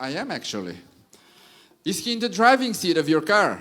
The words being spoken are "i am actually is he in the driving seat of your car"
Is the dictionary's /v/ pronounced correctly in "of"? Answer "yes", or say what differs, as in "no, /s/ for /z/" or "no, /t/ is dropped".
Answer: yes